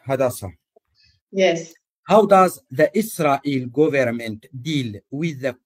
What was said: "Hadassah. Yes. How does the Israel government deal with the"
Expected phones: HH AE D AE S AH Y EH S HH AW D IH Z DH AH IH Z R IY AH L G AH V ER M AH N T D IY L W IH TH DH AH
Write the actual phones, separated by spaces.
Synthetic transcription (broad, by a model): HH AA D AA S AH Y EH S HH AW D IH Z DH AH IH S R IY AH L G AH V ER M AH N T D IY L W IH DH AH